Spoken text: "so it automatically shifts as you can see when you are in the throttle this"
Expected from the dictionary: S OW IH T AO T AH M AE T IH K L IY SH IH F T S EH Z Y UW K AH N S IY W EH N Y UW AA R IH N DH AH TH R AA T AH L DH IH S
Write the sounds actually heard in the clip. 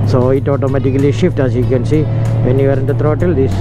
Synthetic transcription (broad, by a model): S OW IH T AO T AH M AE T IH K L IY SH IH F T AA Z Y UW K AH N S IY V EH N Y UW AA R IH N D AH T R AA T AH L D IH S